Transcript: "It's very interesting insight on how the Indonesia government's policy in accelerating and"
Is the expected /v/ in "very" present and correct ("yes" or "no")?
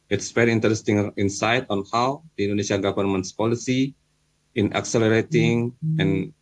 no